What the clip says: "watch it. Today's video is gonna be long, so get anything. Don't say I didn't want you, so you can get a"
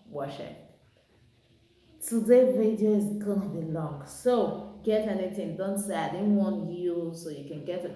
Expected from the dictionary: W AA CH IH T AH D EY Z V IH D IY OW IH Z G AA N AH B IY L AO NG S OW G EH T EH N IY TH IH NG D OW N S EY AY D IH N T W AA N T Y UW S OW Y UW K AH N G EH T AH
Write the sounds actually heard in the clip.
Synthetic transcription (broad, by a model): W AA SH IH S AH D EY V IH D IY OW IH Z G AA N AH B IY L AO NG S OW G EH T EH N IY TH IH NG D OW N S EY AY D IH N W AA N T Y UW S OW Y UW K AH N G EH T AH